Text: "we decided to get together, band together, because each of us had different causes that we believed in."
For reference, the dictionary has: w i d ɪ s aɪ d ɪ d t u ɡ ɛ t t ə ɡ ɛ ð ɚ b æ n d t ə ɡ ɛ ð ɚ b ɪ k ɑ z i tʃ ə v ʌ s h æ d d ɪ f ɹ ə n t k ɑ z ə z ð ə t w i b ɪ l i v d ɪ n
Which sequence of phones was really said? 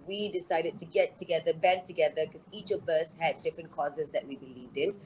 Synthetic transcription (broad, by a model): w i d ɪ s aɪ d ɪ d t u ɡ ɛ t t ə ɡ ɛ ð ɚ b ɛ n t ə ɡ ɛ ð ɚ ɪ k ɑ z i tʃ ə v ʌ s h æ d d ɪ f ɹ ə n k ɑ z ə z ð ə t w i b ɪ l i v d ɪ n